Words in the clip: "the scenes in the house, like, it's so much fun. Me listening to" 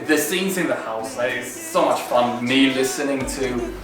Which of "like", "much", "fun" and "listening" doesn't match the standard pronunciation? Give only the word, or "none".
like